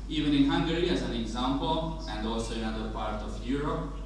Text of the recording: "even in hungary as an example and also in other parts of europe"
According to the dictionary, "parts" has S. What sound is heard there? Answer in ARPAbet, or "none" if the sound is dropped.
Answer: none